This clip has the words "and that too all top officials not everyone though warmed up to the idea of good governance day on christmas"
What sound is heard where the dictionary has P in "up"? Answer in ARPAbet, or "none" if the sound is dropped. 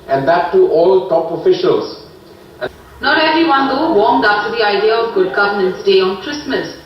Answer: F